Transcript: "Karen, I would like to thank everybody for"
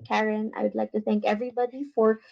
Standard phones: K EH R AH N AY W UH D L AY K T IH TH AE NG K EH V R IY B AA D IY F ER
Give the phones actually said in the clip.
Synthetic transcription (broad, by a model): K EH R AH N AY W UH D L AY K T IH TH AE NG K EH V R IY B AA D IY F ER